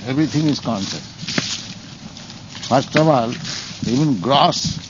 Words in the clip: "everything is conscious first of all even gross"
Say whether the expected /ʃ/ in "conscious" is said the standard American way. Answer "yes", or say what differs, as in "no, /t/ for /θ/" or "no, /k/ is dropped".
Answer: no, /s/ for /ʃ/